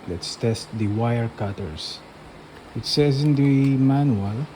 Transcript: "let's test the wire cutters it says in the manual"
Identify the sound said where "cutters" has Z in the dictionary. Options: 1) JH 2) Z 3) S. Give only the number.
3